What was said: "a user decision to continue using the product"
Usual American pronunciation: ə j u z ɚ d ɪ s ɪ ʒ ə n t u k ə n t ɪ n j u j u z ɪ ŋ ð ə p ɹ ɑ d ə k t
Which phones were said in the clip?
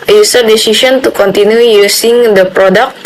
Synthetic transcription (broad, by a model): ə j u s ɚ d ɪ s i s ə n t u k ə n t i n j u j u s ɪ ŋ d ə p ɹ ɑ d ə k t